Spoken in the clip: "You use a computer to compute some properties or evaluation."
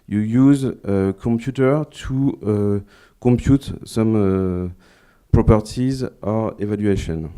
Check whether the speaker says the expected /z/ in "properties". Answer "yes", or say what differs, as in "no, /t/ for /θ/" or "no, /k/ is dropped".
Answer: yes